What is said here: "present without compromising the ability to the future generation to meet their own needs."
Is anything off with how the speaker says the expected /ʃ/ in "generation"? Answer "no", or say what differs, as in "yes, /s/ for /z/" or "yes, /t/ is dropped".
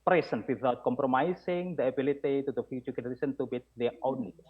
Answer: yes, /s/ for /ʃ/